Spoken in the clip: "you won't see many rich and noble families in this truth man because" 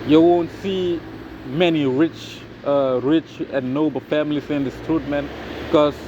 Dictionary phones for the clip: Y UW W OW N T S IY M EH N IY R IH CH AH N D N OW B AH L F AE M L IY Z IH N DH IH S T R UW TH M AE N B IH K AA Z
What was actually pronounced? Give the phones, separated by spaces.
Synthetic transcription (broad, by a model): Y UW W OW N T S IY M EH N IY R IH CH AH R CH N OW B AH F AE M L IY S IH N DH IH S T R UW T M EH N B K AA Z